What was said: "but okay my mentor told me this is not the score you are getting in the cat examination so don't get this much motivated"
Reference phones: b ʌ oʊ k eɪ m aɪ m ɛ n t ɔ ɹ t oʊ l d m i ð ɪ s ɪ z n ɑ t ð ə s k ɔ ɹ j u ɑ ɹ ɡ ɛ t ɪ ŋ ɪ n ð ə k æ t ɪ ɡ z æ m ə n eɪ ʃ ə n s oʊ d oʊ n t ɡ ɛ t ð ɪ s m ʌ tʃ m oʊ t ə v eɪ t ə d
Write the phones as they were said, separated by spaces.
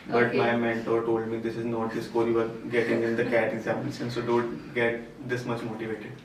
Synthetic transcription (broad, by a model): b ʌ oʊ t m aɪ m ɛ n t ɔ ɹ t oʊ l d m i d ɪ s ɪ z n ɑ t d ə s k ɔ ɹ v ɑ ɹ ɡ ɛ t ɪ ŋ ɪ n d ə k æ t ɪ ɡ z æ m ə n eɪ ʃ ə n s oʊ d oʊ n t ɡ ɛ t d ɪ s m ʌ tʃ m oʊ t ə v eɪ t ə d